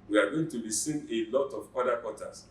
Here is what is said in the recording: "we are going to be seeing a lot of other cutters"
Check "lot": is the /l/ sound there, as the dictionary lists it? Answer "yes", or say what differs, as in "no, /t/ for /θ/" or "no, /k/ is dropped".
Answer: yes